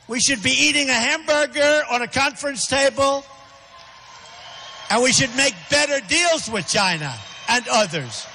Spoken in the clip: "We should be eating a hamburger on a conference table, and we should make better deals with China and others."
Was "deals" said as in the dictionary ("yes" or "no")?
yes